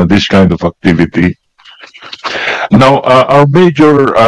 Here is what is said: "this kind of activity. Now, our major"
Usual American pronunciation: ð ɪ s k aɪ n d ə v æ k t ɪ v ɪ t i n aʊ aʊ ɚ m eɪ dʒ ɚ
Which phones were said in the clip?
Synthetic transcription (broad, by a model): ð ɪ s k aɪ n d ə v æ k t ɪ v ɪ t i n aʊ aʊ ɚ m eɪ dʒ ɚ